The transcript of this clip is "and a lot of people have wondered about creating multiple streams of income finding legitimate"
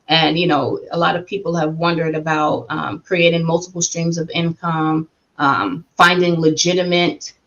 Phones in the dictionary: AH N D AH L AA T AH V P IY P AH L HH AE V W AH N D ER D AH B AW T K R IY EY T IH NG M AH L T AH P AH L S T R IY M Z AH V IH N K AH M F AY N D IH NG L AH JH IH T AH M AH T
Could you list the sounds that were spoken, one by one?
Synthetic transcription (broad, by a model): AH N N AH L AA T AH V P IY P L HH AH V W AH N D ER D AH B AW T K R IY EY T IH NG M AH L T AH P L S T R IY M Z AH V IH N K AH M F AY N D IH NG L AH JH IH T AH M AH T